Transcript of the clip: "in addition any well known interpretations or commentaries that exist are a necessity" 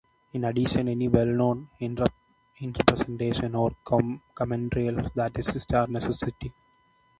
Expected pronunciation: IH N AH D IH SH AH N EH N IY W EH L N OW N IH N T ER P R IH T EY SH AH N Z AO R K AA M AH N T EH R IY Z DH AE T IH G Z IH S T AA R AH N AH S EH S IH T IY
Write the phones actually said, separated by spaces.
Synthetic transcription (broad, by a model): IH N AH D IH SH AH N EH N IY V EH L N OW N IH N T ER P R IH T EY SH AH N AO R K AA M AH N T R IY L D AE T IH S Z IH S T AA R N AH S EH S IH T IY